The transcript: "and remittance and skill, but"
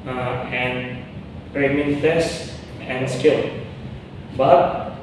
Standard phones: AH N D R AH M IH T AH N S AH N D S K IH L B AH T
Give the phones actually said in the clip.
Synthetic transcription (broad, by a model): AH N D R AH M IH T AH S AH N D S K IH L B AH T